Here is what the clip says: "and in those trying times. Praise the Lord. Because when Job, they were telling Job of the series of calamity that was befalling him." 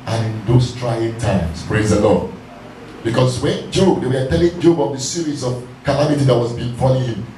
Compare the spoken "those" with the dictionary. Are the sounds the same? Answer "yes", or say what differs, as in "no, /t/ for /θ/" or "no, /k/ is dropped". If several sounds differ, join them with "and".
no, /s/ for /z/